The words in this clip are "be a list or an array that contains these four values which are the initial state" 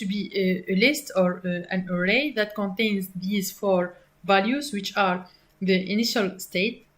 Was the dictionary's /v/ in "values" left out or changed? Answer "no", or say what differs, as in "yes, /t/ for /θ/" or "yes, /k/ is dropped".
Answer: no